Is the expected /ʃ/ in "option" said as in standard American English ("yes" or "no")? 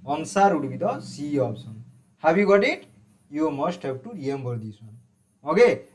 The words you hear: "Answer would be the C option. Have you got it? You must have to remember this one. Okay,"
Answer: no